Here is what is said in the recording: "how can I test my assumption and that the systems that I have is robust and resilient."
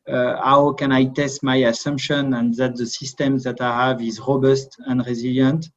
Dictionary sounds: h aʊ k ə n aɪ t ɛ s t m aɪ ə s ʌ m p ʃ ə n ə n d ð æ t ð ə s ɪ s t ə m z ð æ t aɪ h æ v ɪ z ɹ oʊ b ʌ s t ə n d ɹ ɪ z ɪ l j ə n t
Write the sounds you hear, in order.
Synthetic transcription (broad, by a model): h aʊ k ə n aɪ t ɛ s t m aɪ ə s ʌ m p ʃ ə n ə n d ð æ t ð ə s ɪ s t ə m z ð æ t aɪ h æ v ɪ z ɹ oʊ b ʌ s t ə n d ɹ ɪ z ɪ l j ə n t